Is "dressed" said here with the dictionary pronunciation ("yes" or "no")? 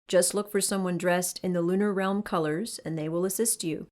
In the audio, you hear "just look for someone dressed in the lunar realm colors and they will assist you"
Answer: yes